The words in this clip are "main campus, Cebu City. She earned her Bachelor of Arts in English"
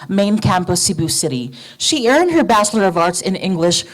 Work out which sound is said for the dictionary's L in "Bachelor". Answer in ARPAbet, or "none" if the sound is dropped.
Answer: L